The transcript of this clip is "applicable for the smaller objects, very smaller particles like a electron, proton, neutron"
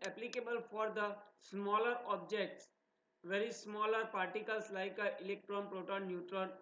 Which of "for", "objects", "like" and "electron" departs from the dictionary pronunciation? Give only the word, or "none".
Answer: none